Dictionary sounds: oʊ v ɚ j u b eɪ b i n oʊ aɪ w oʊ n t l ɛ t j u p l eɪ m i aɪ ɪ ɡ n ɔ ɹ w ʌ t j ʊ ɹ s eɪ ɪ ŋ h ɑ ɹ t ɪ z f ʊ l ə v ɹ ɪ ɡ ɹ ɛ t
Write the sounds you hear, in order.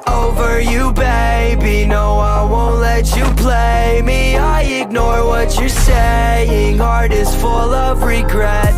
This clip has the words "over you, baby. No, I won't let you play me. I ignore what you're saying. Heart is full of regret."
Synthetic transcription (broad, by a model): oʊ v ɚ j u b eɪ b i n oʊ aɪ w oʊ n t l ɛ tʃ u p l eɪ m i aɪ ɪ ɡ n ɔ ɹ w ʌ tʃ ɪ s eɪ ɪ ŋ h ɑ ɹ t ɪ z f ʊ l ə v ɹ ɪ ɡ ɹ ɛ t